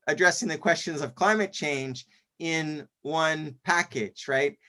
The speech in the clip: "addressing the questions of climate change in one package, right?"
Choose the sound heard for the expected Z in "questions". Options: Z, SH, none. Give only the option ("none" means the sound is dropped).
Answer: Z